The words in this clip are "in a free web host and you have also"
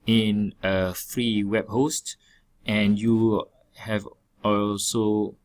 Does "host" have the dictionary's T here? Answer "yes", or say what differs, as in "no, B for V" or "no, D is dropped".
yes